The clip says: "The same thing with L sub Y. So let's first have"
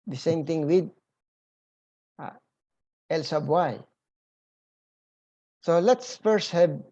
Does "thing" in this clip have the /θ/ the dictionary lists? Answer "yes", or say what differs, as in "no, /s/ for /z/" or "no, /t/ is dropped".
no, /t/ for /θ/